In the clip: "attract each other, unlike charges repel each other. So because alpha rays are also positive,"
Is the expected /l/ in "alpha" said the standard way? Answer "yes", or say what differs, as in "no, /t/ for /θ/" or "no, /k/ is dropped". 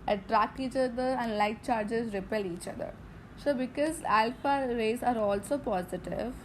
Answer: yes